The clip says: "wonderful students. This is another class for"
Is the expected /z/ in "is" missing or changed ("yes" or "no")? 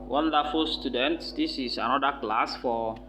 yes